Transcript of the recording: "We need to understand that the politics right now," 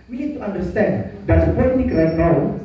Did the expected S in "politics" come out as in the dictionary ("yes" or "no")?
no